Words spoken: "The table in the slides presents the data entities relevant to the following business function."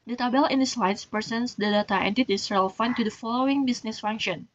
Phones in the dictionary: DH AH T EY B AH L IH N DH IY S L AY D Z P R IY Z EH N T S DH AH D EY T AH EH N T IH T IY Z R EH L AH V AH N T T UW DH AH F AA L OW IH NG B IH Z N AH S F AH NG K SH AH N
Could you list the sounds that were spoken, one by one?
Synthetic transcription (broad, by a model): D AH T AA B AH L IH N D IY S L AY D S P IY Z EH N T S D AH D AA T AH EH N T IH T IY S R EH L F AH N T T UW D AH F AA L OW IH NG B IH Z N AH S F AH NG K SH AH N